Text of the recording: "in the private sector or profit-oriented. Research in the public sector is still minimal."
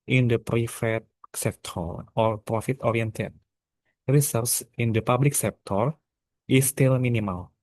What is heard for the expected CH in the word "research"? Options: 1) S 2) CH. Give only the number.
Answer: 1